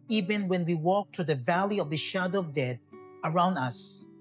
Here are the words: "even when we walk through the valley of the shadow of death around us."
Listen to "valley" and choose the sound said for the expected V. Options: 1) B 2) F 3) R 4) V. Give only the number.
4